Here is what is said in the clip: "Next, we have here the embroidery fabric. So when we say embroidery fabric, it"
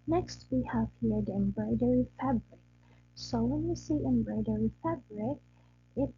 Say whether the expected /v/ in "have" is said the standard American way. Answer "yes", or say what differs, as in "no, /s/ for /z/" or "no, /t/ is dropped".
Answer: no, /f/ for /v/